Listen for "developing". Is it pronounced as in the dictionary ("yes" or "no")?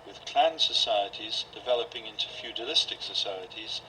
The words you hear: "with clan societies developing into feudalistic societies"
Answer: yes